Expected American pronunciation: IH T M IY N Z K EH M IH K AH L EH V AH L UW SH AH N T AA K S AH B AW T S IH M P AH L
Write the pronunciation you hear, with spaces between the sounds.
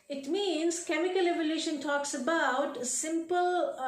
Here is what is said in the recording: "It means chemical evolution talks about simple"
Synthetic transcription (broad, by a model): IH T M IY N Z K EH M IH K AH L EH V AH L UW SH AH N T AA K S AH B AW T S IH M P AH L